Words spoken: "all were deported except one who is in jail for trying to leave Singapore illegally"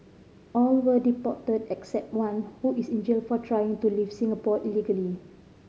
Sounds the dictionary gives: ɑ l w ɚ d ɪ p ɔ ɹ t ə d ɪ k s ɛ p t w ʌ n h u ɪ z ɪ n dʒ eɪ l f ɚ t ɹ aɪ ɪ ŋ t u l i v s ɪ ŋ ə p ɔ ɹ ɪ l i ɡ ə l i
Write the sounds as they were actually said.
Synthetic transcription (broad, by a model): ɑ l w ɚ d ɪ p ɔ t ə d ɪ k s ɛ p t w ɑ n h u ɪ s ɪ n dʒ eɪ l f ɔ t ɹ aɪ ɪ ŋ t u l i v s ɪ ŋ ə p ɔ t ɪ l i ɡ ə l i